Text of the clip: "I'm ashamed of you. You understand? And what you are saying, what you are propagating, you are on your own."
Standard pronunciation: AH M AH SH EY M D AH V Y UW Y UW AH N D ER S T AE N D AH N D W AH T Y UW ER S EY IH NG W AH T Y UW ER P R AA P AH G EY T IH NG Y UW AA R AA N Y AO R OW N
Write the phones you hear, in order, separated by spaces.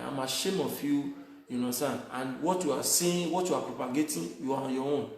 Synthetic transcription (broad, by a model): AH M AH SH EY M AH F Y UW Y UW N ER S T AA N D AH N W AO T Y UW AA S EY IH W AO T Y UW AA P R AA P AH G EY T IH Y UW AA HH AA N Y AO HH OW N